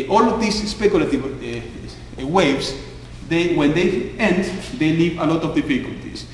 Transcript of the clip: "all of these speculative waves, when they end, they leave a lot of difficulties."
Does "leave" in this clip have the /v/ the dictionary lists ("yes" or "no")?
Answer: yes